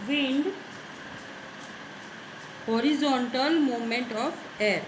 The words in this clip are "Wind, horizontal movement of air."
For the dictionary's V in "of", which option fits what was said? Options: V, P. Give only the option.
P